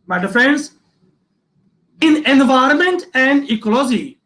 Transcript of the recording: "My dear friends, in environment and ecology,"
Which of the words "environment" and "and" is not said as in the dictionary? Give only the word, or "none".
none